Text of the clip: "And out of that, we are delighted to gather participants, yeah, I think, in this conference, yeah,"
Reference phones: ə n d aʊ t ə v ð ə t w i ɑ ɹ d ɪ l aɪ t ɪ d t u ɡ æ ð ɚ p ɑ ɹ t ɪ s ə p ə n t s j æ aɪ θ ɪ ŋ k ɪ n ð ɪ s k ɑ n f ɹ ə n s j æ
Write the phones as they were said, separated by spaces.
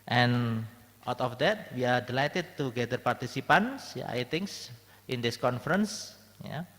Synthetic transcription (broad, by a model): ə n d aʊ t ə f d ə t w i ɑ ɹ d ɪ l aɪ t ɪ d t u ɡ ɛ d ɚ p ɑ ɹ t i s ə p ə n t s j aɪ t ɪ ŋ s ɪ n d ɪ s k ɑ n f ɹ ə n s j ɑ